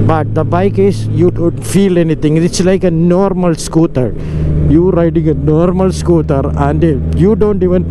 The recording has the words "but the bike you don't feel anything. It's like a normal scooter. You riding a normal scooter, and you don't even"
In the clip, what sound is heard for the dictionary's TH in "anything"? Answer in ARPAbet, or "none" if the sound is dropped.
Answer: T